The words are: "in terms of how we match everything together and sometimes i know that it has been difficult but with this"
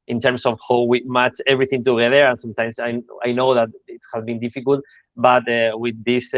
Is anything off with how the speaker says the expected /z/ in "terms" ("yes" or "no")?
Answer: yes